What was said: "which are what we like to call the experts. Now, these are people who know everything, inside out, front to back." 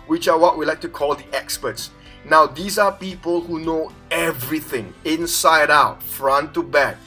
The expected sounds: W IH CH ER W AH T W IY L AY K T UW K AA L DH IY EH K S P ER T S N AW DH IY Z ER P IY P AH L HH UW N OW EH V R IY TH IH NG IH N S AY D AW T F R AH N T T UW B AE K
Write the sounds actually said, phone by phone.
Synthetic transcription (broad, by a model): W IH CH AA W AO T W IY L AY K T UW K AA L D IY EH K S P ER T S N AW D IY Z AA P IY P AH L HH UW N OW EH V R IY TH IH NG IH N S AY D AW T F R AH N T T UW B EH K